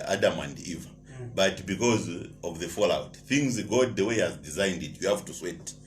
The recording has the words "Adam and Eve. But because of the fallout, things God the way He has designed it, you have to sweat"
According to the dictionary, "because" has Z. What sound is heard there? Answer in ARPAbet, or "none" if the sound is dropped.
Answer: Z